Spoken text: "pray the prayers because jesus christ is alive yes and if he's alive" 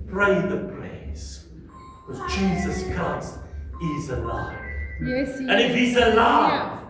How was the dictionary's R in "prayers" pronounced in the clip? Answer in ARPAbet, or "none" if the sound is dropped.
L